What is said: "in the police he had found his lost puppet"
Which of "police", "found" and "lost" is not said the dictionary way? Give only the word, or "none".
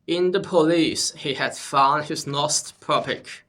lost